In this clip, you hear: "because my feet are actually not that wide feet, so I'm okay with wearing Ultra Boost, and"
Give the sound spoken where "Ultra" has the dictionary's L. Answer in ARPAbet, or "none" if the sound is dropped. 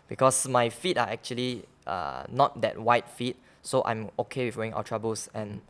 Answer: W